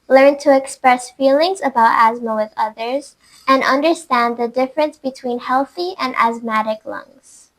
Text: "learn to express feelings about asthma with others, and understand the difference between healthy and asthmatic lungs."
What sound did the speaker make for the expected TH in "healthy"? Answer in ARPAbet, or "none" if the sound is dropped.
TH